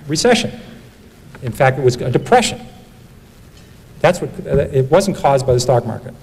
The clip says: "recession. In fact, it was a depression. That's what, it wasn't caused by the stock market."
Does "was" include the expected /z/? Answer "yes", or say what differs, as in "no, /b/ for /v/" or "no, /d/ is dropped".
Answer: yes